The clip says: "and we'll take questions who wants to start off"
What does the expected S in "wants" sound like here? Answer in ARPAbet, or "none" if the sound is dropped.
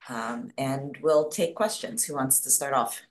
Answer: S